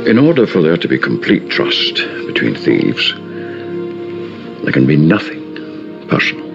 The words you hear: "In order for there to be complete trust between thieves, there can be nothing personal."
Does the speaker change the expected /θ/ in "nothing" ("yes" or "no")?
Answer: no